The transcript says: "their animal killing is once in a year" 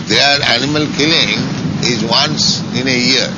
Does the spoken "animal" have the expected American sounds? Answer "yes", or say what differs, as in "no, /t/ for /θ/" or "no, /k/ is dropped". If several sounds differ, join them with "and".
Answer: yes